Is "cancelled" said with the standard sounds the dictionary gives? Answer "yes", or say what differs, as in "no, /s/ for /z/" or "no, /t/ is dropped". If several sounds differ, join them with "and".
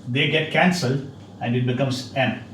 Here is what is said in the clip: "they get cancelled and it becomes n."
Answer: yes